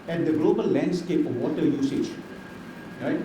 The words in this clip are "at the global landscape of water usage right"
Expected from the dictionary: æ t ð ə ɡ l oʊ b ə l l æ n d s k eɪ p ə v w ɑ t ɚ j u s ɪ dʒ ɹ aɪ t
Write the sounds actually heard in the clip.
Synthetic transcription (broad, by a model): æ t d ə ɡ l oʊ b ə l l æ n d s k eɪ p ə v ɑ t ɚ j u s ɪ dʒ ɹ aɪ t